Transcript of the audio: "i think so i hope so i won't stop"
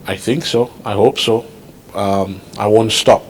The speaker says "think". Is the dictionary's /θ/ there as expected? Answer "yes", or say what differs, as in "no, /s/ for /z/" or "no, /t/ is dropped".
yes